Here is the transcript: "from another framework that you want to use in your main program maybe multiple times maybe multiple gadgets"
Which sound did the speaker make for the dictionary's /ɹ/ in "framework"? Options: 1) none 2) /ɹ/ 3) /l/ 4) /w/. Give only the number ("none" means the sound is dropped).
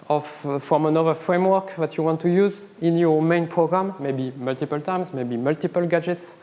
2